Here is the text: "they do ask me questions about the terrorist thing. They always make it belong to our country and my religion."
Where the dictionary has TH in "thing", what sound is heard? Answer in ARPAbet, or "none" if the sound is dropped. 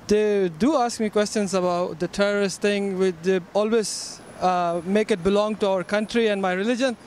T